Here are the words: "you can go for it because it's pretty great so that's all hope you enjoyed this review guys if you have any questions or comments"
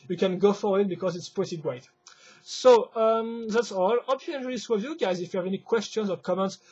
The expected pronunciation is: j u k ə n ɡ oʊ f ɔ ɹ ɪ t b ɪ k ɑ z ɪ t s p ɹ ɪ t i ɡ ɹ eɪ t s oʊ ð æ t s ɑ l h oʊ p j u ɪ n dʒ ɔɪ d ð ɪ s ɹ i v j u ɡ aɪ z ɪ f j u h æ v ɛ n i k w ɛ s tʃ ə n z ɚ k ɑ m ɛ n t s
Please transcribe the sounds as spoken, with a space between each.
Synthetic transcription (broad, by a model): j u k ə n ɡ oʊ f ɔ w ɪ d b ɪ k ɑ z ɪ t s p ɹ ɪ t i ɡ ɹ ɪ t s oʊ ð æ t s ɑ l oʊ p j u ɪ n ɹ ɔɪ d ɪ s w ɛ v j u ɡ aɪ z ɪ f j u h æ v ɛ n i k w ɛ s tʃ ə n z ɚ k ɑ m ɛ n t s